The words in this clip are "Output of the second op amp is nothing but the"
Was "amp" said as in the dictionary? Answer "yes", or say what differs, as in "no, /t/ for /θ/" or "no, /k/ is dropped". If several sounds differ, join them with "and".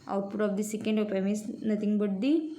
no, /p/ is dropped